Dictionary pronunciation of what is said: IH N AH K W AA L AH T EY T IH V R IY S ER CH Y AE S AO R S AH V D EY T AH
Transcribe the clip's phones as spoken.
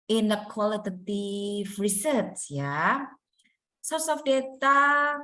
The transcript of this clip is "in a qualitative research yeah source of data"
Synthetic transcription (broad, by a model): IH N AH K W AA L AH T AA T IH F R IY S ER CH Y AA S AO R S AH F D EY T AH